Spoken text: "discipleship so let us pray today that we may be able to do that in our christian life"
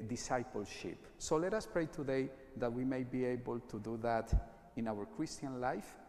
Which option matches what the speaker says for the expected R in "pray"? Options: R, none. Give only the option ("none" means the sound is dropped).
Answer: R